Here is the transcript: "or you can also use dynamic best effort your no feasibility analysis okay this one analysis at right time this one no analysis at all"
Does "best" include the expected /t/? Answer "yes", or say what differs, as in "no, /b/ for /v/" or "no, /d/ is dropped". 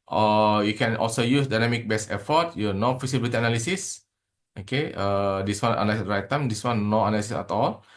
no, /t/ is dropped